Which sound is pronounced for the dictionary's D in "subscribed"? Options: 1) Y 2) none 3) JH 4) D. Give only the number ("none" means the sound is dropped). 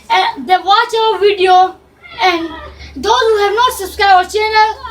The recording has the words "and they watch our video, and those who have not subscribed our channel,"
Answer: 2